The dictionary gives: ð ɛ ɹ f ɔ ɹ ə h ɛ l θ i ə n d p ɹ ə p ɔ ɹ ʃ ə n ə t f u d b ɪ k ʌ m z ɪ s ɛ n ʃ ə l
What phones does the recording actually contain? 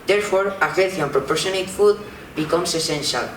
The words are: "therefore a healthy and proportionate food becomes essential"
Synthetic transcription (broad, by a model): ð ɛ ɹ f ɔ ɹ ə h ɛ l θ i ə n p ɹ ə p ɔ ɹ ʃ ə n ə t f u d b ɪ k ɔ m s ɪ s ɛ n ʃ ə l